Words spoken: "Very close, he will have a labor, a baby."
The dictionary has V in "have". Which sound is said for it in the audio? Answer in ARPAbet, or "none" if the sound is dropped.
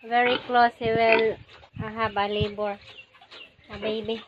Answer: B